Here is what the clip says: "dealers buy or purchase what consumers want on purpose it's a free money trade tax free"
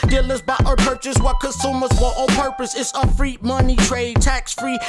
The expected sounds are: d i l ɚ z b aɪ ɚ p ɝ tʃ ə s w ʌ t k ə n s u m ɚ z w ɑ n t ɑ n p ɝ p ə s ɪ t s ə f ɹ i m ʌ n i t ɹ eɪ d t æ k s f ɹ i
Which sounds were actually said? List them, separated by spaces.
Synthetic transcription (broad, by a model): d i l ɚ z b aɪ ɚ p ɝ tʃ ə s w ʌ t k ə n s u m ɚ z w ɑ t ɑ p ɝ p ə s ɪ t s ə f ɹ i m ʌ n i t ɹ eɪ d t æ k s f ɹ i